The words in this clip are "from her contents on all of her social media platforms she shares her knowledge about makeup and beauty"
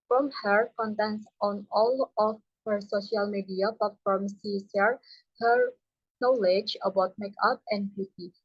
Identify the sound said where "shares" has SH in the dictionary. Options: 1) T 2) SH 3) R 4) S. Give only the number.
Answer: 4